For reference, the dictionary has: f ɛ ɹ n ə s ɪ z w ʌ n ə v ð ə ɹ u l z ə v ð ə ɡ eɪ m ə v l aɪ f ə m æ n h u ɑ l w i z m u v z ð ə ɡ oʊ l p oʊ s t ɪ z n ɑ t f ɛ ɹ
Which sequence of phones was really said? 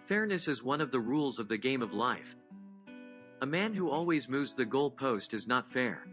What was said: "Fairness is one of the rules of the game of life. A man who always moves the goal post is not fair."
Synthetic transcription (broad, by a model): f ɛ ɹ n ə s ɪ z w ʌ n ə v ð ə ɹ u l z ə v ð ə ɡ eɪ m ə v l aɪ f ə m æ n h u ɑ l w i z m u v z ð ə ɡ oʊ l p oʊ s t ɪ z n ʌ t f ɛ ɹ